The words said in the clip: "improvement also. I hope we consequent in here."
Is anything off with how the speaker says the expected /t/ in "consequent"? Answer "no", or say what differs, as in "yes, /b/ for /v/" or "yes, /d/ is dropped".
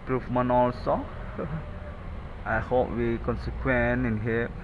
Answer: yes, /t/ is dropped